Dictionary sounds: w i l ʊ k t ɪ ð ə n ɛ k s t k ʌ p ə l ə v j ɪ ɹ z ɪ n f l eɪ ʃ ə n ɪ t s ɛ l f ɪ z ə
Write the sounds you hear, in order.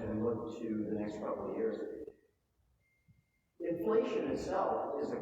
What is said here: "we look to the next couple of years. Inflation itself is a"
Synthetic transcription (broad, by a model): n l ʊ k t ɪ ð ə n ɛ k s t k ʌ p l j ɪ ɹ z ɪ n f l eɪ ʃ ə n ɪ t s ɛ l f ɪ z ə